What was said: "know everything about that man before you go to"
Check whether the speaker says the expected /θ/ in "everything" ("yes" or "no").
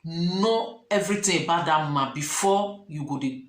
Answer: no